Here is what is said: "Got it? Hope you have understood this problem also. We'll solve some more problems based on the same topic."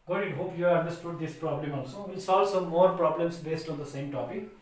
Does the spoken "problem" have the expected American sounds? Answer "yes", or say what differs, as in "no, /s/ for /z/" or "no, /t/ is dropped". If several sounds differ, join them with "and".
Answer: yes